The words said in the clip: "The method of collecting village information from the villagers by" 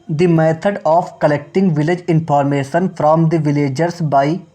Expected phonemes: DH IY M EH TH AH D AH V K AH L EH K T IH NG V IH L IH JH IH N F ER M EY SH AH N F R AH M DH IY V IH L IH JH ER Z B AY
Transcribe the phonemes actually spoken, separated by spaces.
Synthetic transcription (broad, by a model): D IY M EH T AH D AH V K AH L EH K T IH NG V IH L IH JH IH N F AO M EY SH AH N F R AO M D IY V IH L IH JH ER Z B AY